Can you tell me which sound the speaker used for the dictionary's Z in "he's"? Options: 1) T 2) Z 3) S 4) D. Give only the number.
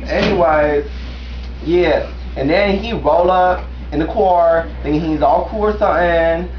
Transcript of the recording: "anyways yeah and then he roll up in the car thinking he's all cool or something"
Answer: 2